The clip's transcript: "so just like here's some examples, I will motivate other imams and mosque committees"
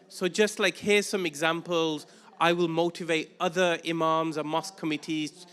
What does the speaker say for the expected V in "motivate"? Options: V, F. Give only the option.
V